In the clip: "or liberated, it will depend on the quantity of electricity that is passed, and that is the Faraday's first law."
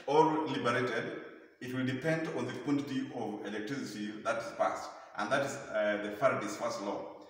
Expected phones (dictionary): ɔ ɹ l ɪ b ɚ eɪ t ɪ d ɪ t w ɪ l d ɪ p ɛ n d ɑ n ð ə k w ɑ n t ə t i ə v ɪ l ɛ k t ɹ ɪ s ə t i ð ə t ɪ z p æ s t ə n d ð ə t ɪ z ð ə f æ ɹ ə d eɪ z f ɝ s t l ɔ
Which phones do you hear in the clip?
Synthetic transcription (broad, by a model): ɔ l l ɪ b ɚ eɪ t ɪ d ɪ t w ɪ l d ɪ p ɛ n d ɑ n ð ə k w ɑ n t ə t i ə v ɪ l ɛ k t ɹ ɪ s ə t i ð ə t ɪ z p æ s t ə n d ð ə t ɪ z ð ə f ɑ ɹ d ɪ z f ɝ s t l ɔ